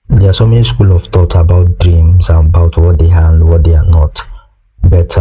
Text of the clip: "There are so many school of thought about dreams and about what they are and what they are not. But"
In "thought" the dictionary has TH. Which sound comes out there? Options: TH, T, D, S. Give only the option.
T